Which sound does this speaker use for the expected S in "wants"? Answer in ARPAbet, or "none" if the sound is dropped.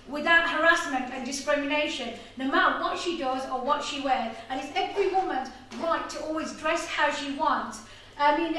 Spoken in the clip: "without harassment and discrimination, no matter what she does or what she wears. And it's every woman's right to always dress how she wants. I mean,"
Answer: S